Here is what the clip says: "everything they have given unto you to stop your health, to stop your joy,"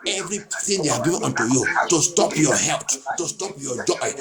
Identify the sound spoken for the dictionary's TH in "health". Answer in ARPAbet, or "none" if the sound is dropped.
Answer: T